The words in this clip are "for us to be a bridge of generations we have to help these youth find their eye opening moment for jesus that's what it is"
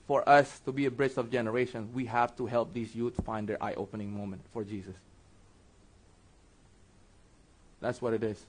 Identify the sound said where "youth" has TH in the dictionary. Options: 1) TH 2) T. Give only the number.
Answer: 2